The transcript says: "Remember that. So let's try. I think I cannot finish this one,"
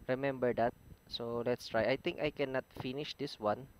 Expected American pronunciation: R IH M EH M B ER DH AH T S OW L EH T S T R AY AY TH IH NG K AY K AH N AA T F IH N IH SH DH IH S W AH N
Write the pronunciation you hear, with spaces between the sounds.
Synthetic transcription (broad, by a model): R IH M EH M B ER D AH T S OW L EH T S T R AY AY T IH NG K AY K AH N AA T F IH N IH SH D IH S W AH N